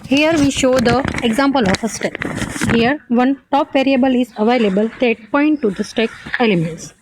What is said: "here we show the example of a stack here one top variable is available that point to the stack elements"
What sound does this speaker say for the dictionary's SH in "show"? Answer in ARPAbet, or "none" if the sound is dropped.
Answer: SH